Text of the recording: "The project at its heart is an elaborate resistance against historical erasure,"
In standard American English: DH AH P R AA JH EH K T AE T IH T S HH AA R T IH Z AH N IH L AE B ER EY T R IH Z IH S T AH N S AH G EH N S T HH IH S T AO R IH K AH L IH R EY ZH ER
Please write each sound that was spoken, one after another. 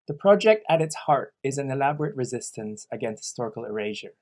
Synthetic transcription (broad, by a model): DH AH P R AA JH EH K T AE T IH T S HH AA R T IH Z AH N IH L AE B ER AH T R IH Z IH S T AH N S AH G EH N S T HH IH S T AO R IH K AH L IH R EY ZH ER